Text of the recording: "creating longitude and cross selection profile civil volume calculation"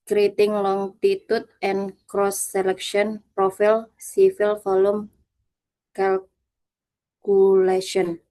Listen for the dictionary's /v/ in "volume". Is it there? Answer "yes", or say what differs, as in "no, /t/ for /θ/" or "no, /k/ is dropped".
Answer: no, /f/ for /v/